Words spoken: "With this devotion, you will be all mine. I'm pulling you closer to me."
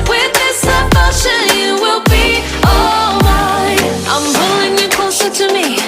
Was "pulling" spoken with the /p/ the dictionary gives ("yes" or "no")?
no